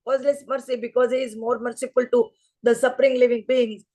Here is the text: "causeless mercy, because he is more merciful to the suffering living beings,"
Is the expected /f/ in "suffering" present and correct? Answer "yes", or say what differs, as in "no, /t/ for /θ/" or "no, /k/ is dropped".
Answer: no, /p/ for /f/